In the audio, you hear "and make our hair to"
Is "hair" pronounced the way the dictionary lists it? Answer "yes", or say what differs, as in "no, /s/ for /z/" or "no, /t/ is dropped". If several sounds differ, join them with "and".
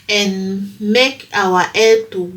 no, /l/ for /ɹ/